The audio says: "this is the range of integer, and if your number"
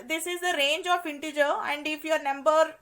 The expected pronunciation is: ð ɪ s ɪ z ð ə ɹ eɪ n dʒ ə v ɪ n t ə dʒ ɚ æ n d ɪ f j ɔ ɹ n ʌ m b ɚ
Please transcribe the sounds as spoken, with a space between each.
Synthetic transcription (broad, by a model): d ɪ s ɪ z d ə ɹ eɪ n dʒ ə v ɪ n t ə dʒ ɚ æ n d ɪ f j ɔ ɹ n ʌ m b ɚ